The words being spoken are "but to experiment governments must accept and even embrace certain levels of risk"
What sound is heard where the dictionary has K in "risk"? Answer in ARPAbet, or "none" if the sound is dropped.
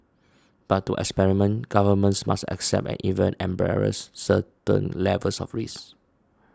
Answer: none